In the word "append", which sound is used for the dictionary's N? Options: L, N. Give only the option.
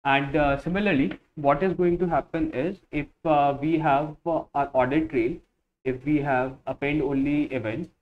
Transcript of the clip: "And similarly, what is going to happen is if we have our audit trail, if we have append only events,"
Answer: L